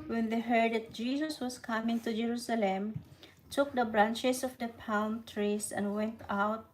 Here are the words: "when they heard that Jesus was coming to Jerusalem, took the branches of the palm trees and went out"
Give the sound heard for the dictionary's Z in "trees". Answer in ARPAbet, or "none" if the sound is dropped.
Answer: S